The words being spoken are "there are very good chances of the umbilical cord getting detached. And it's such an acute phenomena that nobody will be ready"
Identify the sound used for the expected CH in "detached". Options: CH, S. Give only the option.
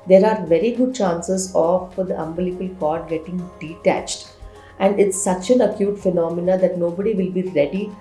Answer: CH